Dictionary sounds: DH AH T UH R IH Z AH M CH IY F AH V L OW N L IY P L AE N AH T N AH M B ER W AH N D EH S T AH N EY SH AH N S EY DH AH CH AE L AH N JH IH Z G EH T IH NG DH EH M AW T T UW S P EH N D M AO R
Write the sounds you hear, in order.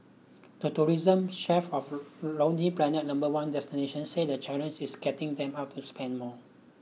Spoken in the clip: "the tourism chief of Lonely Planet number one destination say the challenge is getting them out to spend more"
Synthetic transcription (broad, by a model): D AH T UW R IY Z AH M SH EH F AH F L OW N IY P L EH N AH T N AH M B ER W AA N D EH S T AH N EY SH AH N S EY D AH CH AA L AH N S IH S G EH T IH NG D EH M AW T T UW S P EH N D M AO